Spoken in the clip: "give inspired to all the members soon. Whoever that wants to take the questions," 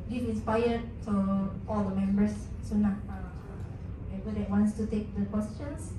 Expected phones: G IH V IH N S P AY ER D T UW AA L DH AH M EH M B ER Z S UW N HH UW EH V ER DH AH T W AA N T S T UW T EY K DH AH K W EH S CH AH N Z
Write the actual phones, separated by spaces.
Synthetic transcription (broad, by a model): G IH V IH N S P AY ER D T UW AA L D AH M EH M B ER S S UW N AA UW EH B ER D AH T W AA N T S T UW T EY K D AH K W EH S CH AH N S